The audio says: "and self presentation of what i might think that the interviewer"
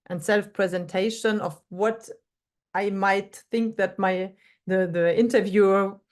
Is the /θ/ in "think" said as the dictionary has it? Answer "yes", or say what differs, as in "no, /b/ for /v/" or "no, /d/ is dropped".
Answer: yes